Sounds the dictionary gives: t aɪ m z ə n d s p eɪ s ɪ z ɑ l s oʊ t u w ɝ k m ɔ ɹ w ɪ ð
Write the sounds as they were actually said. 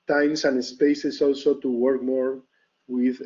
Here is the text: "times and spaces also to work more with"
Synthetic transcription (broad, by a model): t aɪ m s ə n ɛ s p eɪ s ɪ s ɑ l s oʊ t u w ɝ k m ɔ ɹ w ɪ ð